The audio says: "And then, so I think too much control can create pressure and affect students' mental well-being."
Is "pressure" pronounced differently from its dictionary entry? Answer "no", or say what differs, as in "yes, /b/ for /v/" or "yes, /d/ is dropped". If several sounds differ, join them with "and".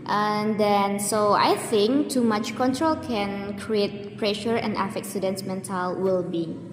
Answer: no